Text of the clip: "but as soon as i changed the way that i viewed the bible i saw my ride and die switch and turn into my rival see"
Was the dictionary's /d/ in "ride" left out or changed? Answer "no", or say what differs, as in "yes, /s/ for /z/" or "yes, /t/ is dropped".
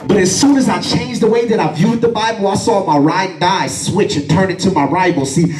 yes, /d/ is dropped